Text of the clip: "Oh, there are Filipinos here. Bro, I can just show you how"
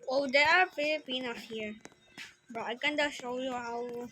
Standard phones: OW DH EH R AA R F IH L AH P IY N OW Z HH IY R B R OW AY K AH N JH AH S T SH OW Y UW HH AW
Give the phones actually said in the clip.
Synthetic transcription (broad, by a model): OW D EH AA R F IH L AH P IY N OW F HH IY R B OW AY K AH N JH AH SH OW Y UW HH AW